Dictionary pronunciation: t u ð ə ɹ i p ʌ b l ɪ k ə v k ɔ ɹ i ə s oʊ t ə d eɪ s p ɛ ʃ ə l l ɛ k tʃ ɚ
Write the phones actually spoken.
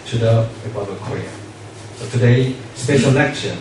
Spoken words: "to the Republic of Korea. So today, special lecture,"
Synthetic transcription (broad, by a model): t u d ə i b ɪ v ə k ɔ ɹ i ə s oʊ t ə d eɪ s p ɛ ʃ ə l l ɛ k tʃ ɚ